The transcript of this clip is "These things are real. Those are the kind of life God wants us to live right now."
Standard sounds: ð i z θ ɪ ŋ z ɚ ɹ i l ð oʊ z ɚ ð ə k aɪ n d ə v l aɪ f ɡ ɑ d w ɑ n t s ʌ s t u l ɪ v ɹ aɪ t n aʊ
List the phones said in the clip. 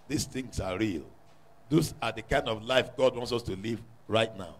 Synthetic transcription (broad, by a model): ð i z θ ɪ ŋ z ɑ ɹ i l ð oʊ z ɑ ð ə k aɪ n d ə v l aɪ f ɡ ɑ d w ɑ n t s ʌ s t u l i v ɹ aɪ t n aʊ